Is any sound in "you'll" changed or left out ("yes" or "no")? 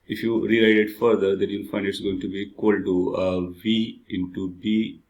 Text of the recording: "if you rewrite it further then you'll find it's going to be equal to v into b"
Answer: yes